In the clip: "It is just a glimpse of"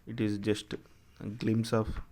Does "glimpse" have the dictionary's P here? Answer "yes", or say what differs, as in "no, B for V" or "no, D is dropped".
no, P is dropped